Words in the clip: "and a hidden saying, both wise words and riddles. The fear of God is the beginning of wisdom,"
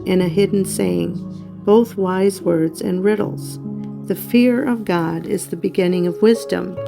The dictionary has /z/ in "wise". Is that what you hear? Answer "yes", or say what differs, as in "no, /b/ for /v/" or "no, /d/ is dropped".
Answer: yes